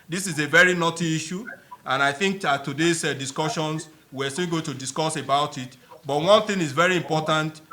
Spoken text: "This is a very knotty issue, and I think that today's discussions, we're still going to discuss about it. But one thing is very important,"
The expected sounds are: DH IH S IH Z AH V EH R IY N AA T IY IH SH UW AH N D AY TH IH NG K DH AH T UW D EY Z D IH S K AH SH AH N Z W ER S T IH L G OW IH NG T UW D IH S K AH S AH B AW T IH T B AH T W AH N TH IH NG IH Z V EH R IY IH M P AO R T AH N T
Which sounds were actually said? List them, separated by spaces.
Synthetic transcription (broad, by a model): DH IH S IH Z AH V EH R IY N AA T IY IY SH UW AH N AY TH IH NG K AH T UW D EY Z D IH S K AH SH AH N S W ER S T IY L G OW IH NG T UW D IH S K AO S AH B AW T IH T B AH T W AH N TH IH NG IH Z V EH R IY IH M P AO T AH N T